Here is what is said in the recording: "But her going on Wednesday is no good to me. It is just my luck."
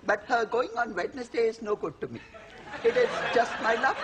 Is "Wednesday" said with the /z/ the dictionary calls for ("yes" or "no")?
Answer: no